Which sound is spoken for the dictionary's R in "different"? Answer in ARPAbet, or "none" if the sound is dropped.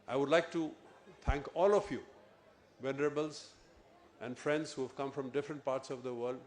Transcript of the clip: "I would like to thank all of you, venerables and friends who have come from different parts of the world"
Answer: R